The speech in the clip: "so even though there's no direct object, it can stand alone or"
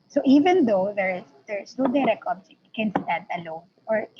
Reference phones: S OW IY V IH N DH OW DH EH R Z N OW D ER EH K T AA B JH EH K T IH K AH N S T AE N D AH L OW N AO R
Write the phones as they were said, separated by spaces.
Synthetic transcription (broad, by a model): S OW IY V IH N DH OW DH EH R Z N OW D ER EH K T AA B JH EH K IH N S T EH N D AH L OW N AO R